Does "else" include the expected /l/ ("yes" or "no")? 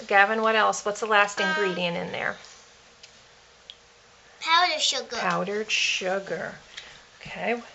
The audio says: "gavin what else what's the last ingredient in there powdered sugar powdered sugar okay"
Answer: yes